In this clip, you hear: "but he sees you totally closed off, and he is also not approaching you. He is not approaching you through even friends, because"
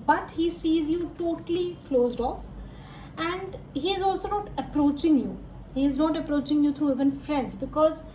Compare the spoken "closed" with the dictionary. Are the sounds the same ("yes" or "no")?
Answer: yes